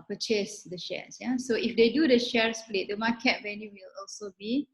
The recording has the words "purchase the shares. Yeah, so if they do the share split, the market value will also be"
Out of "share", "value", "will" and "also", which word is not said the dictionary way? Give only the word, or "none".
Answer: value